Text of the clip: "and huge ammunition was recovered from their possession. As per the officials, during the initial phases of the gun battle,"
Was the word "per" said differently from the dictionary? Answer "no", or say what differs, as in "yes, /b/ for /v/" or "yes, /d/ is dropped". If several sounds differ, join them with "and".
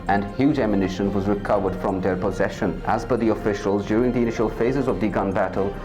yes, /b/ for /p/